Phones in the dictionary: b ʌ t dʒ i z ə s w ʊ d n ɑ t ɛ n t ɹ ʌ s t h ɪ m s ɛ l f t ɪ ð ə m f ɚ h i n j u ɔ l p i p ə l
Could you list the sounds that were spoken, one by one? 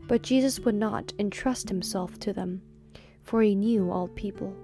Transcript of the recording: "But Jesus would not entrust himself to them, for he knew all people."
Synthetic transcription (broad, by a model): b ʌ t dʒ i z ə s w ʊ d n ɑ t ɛ n t ɹ ʌ s t h ɪ m s ɛ l f t ɪ ð ə m f ɚ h i n j u ɔ l p i p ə l